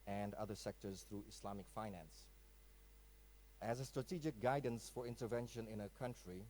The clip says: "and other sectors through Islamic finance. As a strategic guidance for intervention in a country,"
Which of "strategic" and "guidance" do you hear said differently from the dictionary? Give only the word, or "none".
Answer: none